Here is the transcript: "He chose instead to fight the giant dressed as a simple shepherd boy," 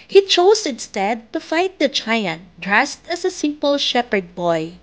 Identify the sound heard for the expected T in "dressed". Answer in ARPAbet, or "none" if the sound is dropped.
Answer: T